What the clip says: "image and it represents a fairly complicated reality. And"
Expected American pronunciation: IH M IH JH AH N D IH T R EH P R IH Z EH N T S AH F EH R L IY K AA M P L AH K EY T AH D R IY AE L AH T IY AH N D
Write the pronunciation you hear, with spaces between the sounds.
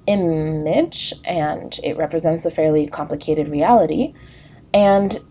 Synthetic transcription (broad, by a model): IH M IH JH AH N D IH T R EH P R IH Z EH N T S AH F EH R L IY K AA M P L AH K EY T AH D R IY AE L AH T IY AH N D